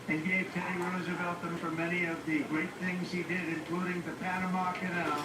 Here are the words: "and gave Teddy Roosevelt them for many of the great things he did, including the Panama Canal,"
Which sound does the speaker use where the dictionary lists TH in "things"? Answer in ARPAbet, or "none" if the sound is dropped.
TH